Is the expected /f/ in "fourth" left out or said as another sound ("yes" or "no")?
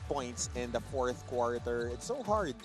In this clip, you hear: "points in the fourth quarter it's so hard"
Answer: no